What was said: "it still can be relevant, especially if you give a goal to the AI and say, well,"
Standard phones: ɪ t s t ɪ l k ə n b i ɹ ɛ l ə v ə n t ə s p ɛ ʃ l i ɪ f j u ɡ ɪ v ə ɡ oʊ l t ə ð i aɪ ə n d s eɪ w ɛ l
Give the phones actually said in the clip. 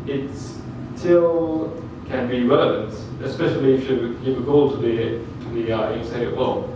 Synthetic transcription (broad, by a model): ɪ t s t ɪ l k ə n b i ɹ ɛ l ə v ə n t ə s p ɛ ʃ l i ɪ f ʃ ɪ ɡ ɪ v ə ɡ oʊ l t ə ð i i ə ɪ s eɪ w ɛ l